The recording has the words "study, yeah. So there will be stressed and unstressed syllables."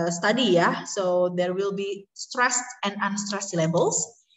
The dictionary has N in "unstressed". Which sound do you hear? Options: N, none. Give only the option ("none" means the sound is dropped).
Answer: N